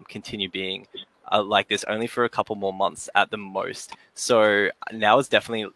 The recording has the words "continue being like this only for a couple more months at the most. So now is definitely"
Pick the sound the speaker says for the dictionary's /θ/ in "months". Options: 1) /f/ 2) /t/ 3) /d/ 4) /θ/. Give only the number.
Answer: 4